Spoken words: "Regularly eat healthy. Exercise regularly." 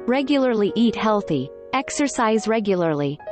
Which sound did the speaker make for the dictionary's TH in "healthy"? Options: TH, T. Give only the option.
TH